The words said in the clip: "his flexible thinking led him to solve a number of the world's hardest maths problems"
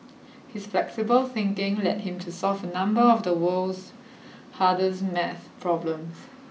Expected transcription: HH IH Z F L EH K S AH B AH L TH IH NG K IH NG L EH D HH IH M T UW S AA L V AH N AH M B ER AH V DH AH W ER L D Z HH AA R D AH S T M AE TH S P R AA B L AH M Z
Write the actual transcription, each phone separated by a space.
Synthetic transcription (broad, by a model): HH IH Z F L EH K S AH B AH L TH IH NG K IH NG L EH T HH IH M T UW S AA L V AH N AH M B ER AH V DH AH W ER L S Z HH AA D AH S M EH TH P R AA B L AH M S